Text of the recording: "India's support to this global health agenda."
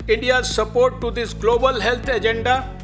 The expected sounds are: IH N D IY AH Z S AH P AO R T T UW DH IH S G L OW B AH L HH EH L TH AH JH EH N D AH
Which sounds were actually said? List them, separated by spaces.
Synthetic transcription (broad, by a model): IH N D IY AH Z S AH P AO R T T UW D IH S G L OW B AH L HH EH L T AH JH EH N D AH